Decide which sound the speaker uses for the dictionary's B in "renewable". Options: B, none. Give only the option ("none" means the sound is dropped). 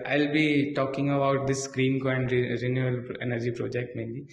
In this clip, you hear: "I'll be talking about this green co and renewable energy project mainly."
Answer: none